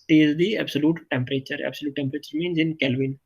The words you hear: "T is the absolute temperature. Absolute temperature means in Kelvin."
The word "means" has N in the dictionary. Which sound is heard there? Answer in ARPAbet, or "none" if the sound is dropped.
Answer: N